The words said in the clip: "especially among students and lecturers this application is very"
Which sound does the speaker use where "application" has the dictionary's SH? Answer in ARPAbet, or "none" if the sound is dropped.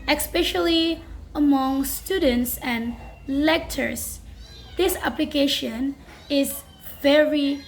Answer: SH